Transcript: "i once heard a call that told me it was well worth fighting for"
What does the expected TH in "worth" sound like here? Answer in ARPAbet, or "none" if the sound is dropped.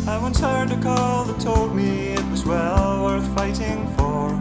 TH